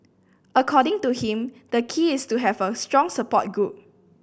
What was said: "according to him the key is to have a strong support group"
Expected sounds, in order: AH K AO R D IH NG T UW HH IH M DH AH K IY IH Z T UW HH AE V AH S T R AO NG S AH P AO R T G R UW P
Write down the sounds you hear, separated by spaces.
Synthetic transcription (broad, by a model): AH K AO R D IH NG T UW HH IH M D AH K IY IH S T UW HH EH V AH S T R AO NG S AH P AO T G UW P